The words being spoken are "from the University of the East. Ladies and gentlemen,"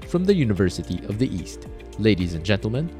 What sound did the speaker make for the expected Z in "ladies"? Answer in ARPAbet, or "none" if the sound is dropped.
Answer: Z